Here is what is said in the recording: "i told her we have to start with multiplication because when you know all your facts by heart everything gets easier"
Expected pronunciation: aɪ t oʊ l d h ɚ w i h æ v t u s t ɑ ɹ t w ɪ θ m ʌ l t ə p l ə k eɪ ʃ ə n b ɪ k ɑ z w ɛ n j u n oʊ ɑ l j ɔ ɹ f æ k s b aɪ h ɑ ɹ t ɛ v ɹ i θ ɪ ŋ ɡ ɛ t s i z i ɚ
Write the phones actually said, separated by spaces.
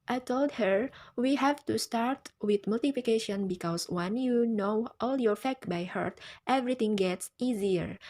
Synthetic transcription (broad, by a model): aɪ t oʊ l d h ɚ w i h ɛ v t u s t ɑ ɹ t w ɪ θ m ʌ l t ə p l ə k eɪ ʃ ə n b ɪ k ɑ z w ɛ n j u n oʊ ɑ l j ɔ ɹ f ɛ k b aɪ h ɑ ɹ t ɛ v ɹ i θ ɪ ŋ ɡ ɛ t s i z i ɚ